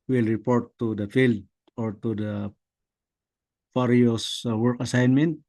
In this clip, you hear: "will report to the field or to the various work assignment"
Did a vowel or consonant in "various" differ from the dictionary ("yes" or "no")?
yes